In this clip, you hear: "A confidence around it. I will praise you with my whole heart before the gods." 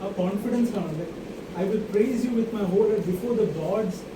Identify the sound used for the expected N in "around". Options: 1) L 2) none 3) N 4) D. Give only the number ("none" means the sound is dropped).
1